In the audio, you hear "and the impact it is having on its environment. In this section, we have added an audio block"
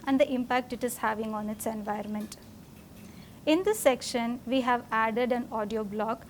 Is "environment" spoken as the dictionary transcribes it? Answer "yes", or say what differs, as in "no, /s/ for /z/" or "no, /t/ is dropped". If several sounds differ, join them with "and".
no, /ɹ/ is dropped